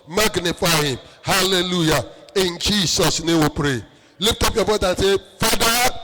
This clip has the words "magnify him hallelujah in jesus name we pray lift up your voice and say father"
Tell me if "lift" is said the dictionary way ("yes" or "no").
no